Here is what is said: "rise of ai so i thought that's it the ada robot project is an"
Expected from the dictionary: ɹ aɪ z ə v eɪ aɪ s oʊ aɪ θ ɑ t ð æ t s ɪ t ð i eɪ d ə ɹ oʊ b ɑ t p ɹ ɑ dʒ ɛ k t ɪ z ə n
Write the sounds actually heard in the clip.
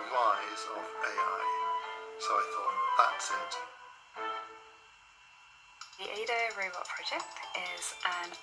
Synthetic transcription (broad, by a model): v aɪ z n b eɪ aɪ s oʊ aɪ θ ɑ t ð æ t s ɪ t ð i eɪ d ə ɹ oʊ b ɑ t p ɹ ɑ dʒ ɛ k t ɪ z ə n